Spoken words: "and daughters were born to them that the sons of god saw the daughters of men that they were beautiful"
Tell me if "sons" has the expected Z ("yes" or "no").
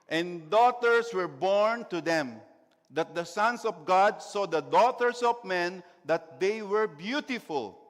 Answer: no